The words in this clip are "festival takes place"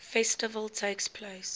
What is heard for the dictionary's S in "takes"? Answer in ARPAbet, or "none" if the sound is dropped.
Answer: S